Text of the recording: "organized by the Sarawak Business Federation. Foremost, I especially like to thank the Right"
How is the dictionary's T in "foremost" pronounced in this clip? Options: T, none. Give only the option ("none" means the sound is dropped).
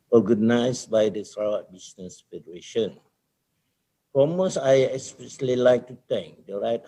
none